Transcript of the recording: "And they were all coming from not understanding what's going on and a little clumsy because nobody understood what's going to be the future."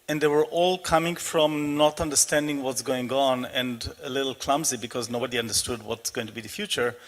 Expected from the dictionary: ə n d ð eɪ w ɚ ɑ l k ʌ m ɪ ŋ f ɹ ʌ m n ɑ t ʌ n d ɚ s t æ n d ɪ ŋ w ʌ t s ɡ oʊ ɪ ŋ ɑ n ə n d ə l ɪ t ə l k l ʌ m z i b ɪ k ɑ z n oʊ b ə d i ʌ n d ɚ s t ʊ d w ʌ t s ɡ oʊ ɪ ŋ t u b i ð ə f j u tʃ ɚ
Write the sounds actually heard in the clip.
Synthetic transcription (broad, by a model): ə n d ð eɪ w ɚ ɑ l k ʌ m ɪ ŋ f ɹ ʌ m n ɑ t ʌ n d ɚ s t æ n d ɪ ŋ w ʌ t s ɡ oʊ ɪ ŋ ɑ n ə n d ə l ɪ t l k l ʌ m z i b ɪ k ɑ z n oʊ b ə d i ʌ n d ɚ s t ʊ d w ʌ t s ɡ oʊ ɪ ŋ t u b i ð ə f j u tʃ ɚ